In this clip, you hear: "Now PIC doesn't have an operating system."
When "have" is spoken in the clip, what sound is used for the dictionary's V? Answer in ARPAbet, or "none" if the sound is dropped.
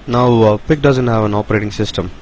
V